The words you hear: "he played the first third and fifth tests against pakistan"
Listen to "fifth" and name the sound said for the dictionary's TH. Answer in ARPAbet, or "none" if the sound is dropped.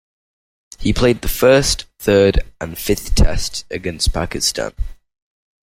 TH